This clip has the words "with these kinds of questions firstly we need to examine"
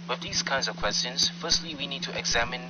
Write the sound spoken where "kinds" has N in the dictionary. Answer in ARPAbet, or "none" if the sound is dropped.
N